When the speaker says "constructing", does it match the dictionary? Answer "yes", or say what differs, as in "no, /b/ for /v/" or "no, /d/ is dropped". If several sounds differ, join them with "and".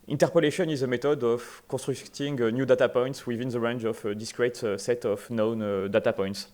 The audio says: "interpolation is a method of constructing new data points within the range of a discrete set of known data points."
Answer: no, /n/ is dropped